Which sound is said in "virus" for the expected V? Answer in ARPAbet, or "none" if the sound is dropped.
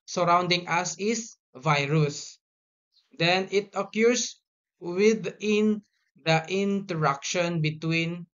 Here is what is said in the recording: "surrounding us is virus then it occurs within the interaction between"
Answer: V